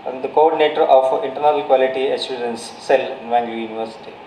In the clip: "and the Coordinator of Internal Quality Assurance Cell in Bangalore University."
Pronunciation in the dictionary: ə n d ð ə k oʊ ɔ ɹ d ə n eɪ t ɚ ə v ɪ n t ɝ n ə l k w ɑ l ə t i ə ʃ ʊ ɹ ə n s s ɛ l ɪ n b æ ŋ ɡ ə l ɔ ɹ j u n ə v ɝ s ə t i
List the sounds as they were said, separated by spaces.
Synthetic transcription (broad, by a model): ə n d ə k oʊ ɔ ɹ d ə n eɪ t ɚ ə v ɪ n t ɝ n ə l k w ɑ l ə t i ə s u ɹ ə n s s ɛ l ɪ n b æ ŋ ɡ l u j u n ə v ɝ s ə t i